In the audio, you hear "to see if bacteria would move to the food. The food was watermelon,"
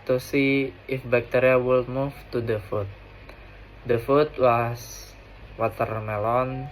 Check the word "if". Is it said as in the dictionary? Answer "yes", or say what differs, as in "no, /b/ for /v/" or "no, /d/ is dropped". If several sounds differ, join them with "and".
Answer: yes